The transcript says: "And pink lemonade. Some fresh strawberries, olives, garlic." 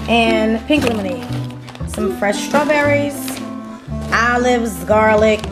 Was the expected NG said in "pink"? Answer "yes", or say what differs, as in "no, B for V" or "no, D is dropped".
yes